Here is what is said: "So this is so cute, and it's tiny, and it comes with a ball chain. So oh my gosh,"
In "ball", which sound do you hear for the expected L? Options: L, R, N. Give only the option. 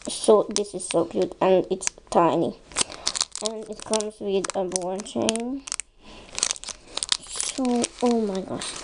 N